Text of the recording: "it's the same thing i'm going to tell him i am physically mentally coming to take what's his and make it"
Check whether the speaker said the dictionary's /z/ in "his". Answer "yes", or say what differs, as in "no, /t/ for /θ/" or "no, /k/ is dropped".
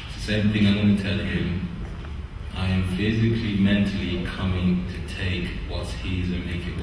yes